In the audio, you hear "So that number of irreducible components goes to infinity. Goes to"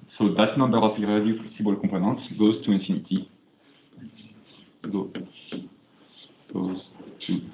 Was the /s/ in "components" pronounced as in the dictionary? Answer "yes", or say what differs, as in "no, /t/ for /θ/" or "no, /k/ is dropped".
no, /s/ is dropped